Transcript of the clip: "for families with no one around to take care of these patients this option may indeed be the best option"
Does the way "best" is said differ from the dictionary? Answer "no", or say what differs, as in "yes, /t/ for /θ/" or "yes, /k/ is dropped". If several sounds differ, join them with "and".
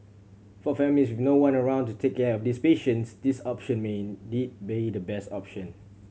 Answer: no